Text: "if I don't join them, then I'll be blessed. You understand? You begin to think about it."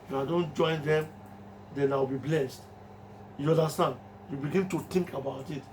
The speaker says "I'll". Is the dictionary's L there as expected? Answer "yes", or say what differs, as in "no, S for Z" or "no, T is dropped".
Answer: no, W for L